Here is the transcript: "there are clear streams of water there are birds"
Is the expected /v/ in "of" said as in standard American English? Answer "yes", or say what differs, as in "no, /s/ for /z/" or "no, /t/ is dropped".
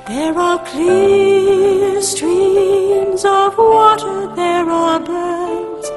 yes